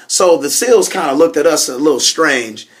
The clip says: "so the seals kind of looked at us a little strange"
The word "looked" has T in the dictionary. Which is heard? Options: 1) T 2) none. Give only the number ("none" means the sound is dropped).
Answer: 1